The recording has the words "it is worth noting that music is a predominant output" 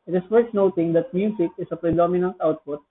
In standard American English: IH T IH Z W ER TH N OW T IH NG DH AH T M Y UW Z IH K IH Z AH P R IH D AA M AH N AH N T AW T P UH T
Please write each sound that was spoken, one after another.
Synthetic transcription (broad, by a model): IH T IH S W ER T N OW T IH NG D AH T M Y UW S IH K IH S AH P R IH D AA M AH N AH N T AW T P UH T